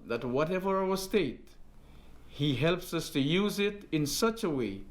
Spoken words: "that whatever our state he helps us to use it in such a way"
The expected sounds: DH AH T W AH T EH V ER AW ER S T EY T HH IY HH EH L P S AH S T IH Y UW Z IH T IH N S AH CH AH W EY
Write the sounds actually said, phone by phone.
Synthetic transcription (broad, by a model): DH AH T W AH T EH V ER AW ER S T EY T HH IY HH EH L P S AH S T IH Y UW Z IH T IH N S AH CH AH W EY